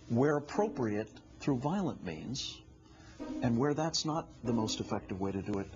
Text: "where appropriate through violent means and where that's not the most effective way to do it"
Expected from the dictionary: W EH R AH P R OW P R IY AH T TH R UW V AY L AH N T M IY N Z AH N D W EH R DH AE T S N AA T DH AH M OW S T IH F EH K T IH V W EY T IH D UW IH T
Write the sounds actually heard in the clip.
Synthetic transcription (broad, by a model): W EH R AH P R OW P R IY AH T TH R UW V AY L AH N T M IY N Z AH N W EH R DH AE T S N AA T DH AH M OW S T IH F EH K T IH V W EY T IH D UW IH T